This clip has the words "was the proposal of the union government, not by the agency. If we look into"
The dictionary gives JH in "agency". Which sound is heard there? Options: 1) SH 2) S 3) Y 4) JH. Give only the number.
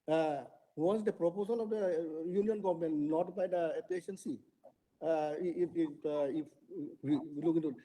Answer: 1